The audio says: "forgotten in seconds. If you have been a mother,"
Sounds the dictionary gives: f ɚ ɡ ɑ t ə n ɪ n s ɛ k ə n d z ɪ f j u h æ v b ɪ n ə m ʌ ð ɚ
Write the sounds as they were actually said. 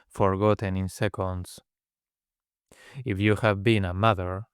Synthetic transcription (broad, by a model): f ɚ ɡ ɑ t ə n ɪ n s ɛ k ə n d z ɪ f j u h æ v b ɪ n ə m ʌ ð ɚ